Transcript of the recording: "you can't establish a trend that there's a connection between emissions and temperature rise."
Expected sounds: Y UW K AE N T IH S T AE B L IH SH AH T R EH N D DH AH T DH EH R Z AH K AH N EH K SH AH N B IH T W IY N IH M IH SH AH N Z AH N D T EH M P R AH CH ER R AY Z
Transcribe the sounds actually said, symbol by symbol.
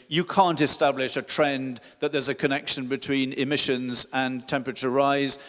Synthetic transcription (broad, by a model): Y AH K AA N T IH S T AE B L IH SH AH T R EH N DH AH T DH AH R Z AH K AH N EH K SH AH N B IH T W IY N IH M IH SH AH N Z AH N T EH M P R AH CH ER R AY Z